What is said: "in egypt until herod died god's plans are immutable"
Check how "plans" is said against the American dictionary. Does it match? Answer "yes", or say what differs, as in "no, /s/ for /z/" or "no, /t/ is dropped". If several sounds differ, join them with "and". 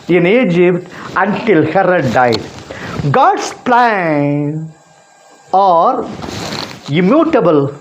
no, /z/ is dropped